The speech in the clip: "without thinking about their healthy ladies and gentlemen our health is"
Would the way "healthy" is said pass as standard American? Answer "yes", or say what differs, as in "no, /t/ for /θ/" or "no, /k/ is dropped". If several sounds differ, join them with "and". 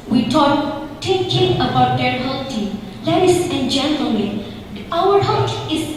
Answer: no, /t/ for /θ/